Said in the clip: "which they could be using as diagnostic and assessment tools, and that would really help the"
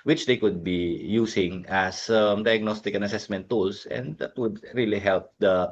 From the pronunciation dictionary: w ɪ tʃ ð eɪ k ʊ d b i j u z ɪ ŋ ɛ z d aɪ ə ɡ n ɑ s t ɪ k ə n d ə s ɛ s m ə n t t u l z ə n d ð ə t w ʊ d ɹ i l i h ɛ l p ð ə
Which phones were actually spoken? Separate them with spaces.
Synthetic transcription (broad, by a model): w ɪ tʃ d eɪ k ʊ d b i j u s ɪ ŋ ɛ s d aɪ ə ɡ n ɑ s t ɪ k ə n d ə s ɛ s m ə n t t u l s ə n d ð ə t w ʊ d ɹ i l i h ɛ l p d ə